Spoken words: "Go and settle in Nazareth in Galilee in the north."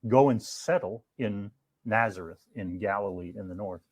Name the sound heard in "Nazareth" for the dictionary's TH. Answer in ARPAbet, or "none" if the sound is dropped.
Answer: TH